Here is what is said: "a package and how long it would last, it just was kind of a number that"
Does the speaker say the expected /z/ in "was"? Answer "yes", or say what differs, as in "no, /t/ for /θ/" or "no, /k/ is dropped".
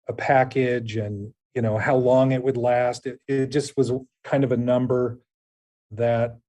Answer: yes